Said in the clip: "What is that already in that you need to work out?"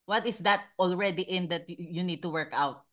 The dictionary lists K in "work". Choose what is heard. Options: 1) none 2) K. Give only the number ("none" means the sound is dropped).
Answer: 2